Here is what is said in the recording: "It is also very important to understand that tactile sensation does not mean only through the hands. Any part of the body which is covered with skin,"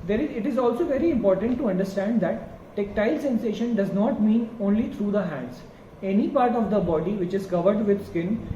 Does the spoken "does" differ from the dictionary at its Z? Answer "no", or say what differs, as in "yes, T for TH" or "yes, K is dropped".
no